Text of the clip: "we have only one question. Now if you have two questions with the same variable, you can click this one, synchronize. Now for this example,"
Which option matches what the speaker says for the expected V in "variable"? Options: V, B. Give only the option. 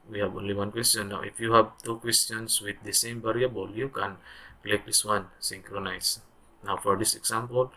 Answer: B